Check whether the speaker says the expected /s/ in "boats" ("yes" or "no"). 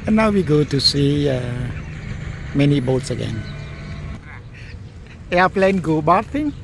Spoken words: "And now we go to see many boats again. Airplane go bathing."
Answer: yes